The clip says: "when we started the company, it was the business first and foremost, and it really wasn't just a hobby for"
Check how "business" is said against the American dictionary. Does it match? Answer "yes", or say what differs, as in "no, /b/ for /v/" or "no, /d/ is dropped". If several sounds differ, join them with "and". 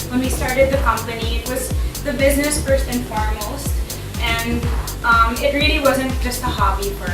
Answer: yes